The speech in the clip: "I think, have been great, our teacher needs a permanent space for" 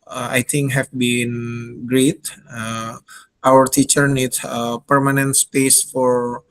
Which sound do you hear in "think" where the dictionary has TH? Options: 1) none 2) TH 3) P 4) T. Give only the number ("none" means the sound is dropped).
4